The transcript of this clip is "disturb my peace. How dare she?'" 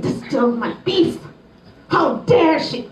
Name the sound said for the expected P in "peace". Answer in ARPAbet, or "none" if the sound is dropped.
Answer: B